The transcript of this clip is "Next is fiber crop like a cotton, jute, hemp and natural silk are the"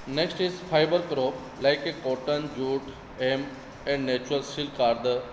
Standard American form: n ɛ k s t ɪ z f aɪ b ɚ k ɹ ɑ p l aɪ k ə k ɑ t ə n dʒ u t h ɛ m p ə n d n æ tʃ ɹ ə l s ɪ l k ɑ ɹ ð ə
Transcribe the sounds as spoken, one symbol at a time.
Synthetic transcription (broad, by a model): n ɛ k s t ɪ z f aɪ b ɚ k ɹ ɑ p l aɪ k ə k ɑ t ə n dʒ u t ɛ m ə n d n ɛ tʃ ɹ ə l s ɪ l k ɑ ɹ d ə